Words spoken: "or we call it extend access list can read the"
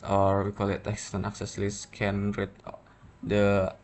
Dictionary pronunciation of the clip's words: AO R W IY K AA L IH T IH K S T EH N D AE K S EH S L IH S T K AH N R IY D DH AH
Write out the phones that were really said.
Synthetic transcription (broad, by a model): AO R W IY K AA L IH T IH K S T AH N AA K S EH S L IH S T K AH N R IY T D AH